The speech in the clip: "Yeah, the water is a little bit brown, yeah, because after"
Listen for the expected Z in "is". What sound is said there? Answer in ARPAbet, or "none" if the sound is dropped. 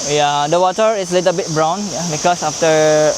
S